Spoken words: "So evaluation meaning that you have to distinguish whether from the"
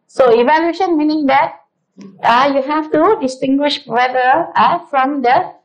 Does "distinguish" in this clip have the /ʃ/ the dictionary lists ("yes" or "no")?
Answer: yes